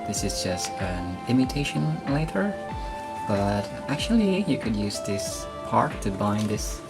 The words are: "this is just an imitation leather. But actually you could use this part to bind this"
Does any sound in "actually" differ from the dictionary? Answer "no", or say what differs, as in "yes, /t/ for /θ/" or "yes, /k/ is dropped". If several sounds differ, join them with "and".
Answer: no